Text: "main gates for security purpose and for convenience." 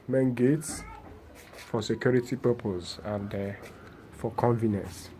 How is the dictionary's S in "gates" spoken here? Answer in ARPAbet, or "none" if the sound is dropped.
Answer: S